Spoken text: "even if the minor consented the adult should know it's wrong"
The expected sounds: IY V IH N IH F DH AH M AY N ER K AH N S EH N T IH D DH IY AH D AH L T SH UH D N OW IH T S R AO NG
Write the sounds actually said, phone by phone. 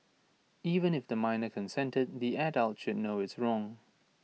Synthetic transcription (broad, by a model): IY V IH N IH F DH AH M AY N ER K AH N S EH N T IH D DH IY AH D AH L T SH UH D N OW IH T S R AO NG